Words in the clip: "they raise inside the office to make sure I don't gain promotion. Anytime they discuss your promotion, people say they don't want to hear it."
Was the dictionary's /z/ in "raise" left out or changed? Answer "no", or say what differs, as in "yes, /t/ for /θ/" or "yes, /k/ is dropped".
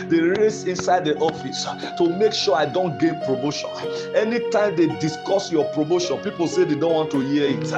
yes, /s/ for /z/